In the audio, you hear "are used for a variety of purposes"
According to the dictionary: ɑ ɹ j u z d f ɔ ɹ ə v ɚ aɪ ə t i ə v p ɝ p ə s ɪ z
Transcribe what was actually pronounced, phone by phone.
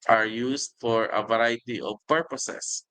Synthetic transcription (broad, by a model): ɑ ɹ j u s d f ɔ ɹ ə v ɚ aɪ t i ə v p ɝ p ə s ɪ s